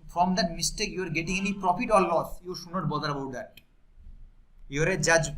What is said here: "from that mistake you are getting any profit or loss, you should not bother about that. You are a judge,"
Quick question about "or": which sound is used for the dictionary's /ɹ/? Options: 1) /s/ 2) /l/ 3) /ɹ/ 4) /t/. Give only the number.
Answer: 2